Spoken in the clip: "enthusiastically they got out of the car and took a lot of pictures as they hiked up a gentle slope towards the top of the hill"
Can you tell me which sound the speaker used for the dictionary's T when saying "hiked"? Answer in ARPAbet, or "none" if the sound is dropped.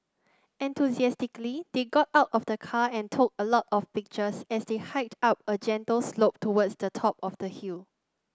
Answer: T